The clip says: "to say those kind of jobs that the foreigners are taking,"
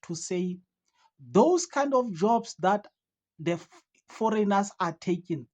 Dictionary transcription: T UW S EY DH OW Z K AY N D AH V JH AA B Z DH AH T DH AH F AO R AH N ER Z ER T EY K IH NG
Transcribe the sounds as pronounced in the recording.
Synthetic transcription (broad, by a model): T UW S EY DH OW S K AY N D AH F JH AA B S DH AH T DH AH F AO R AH N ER S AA T EY K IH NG